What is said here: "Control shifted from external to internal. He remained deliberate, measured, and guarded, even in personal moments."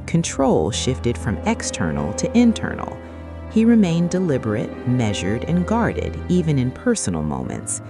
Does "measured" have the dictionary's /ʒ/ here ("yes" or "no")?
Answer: yes